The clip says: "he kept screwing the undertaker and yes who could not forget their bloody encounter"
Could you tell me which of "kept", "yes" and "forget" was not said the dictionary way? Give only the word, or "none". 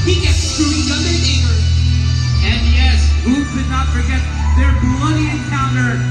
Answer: kept